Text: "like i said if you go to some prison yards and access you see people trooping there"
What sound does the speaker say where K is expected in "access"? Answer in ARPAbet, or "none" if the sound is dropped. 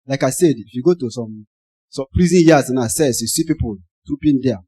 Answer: none